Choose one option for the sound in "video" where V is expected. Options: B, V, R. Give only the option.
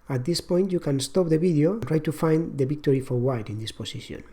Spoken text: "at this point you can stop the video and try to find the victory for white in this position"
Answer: B